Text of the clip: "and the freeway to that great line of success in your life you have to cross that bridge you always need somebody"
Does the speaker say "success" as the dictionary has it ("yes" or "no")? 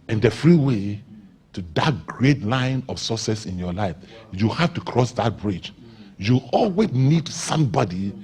no